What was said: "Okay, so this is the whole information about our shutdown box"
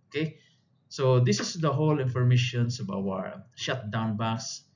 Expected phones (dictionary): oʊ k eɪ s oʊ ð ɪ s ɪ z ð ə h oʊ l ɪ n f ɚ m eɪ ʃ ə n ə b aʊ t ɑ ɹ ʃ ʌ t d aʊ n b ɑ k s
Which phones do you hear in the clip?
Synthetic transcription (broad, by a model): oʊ k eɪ s oʊ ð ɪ s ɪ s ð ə h oʊ l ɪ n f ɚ m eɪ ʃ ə n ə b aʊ ɑ ɹ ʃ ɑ t d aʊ n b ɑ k s